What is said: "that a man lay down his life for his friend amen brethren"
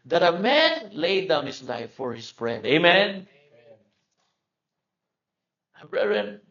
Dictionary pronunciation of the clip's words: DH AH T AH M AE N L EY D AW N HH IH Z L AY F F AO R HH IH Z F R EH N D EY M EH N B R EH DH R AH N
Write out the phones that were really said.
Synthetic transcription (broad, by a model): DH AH T AH M AE N L EY D AW N HH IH S L AY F F AO R HH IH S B R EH D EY M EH N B R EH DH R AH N